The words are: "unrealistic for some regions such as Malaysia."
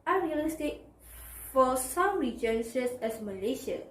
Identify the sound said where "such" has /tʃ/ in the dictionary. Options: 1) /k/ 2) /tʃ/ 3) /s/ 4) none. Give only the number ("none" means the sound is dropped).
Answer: 3